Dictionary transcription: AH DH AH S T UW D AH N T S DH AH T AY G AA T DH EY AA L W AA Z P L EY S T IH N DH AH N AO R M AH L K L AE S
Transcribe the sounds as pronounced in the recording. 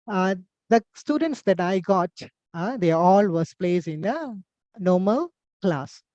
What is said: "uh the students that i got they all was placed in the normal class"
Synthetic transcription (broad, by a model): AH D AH S T UW D AH N T S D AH T AY G AA T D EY AA L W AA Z P L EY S IH N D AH N AO M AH L K L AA S